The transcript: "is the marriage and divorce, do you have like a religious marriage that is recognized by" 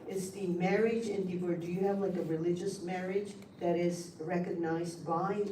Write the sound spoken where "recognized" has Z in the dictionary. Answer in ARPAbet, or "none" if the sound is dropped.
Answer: Z